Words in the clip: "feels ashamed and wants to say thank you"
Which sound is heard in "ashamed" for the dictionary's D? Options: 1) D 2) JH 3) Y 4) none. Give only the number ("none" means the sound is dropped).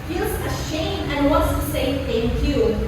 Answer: 4